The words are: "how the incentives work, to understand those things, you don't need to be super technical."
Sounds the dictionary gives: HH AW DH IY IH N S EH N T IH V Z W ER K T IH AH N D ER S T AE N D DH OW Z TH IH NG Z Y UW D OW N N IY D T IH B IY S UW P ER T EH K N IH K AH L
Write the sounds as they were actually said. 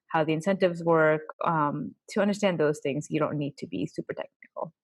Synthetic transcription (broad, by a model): HH AW DH IY IH N S EH N T IH V Z W ER K T IH AH N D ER S T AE N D DH OW Z TH IH NG Z Y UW D OW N N IY D T IH B IY S UW P ER T EH K N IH K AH L